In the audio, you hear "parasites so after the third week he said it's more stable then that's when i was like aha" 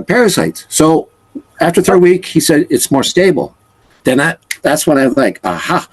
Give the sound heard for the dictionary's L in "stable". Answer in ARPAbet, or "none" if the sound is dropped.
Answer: N